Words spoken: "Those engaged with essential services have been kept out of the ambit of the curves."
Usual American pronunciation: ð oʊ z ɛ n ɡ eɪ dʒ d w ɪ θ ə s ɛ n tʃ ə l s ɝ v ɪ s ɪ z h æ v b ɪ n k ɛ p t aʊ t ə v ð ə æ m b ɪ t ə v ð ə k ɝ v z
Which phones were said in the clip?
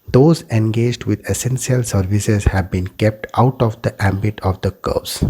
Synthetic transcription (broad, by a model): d oʊ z ɛ n ɡ eɪ dʒ d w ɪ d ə s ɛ n s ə l s ɝ v ɪ s ɪ z h æ v b ɪ n k ɛ p t aʊ t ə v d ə æ m b ɪ t ə v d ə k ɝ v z